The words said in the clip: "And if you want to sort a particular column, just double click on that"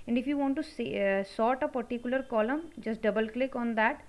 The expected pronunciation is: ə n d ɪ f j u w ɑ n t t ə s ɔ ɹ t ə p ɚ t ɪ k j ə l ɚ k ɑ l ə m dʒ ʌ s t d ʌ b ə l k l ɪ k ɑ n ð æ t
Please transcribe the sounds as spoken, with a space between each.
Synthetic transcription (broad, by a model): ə n d ɪ f j u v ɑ n t s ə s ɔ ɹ t ə p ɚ t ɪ k j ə l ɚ k ɑ l ə m dʒ ʌ s t d ʌ b ə l k l ɪ k ɑ n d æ t